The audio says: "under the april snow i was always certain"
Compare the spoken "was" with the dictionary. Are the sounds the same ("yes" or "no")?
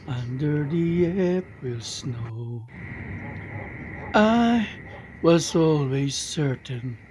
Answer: yes